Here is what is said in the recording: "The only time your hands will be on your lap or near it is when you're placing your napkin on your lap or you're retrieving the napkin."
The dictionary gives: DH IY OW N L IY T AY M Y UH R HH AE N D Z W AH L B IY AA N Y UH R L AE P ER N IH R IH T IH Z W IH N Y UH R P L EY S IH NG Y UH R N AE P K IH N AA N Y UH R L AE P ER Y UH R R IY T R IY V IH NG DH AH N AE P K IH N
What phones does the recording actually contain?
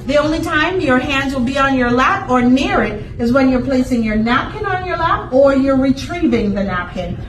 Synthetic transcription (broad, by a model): DH IY OW N L IY T AY M Y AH R HH AE N D Z W AH L B IY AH N Y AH R L AE P ER N IH R IH T IH Z W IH N Y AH R P L EY S IH NG Y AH R N AE P K IH N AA N Y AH R L AE P ER Y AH R R IY T R IY V IH NG DH AH N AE P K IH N